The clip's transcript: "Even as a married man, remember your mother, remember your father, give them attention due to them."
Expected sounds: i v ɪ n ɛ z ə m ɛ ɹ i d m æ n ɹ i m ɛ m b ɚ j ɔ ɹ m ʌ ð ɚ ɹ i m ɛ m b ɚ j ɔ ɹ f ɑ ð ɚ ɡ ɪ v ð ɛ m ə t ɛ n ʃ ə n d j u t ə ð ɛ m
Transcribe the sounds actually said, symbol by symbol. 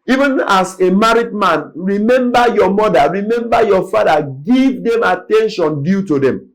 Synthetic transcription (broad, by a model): i v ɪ n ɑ s ə m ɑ ɹ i d m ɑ n ɹ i m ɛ m b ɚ j ɔ m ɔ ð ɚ ɹ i m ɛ m b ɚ j ɔ f ɑ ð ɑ ɡ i v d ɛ m ə t ɛ n ʃ ə n d j u t ə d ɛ m